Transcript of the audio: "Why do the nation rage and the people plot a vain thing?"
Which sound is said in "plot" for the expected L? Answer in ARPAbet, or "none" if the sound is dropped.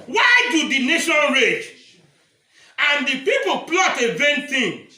L